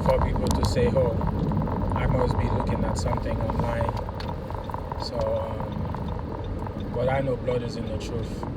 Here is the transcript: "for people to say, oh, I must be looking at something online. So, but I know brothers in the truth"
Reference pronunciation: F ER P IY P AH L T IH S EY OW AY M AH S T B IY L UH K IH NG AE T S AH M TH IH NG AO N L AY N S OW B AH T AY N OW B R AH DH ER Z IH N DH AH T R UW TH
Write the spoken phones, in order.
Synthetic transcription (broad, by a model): F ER P IY P L T IH S EY OW AY M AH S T B IY L UH K IH NG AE T S AH M TH IH NG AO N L AY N S OW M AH T AY N OW B L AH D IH Z IH N DH AH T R UW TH